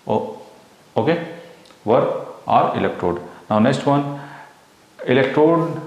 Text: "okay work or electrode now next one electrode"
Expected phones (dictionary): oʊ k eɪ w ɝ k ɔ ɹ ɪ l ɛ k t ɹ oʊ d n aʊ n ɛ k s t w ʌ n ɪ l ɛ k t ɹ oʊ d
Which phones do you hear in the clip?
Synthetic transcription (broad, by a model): oʊ k eɪ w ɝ ɑ ɹ ɪ l ɛ k t ɹ oʊ d n aʊ n ɛ k s t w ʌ n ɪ l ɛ k t ɹ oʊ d